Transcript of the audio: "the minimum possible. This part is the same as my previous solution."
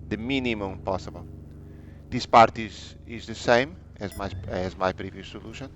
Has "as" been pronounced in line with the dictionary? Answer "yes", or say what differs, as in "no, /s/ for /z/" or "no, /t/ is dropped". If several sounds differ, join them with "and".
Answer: yes